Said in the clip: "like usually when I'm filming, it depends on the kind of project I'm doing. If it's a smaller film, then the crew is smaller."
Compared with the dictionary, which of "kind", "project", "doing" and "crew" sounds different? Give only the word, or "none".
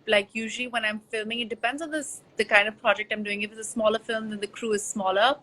none